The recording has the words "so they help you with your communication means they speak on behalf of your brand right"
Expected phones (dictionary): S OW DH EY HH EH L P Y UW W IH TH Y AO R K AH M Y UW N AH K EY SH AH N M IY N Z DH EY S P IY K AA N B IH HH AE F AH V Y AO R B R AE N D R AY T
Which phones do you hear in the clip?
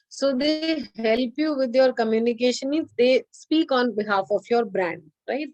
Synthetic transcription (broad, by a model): S OW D EY HH EH L P Y UW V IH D Y AO R K AH M Y UW N AH K EY SH AH N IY Z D EY S P IY K AA N B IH HH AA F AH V Y AO R B R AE N D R AY T